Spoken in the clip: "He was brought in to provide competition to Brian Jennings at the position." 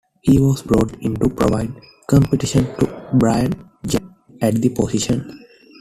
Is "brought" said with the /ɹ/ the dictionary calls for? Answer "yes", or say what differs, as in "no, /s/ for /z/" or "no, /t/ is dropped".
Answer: yes